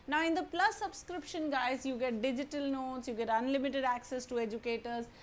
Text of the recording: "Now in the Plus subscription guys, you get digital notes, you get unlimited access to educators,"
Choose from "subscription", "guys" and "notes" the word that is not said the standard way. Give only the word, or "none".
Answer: none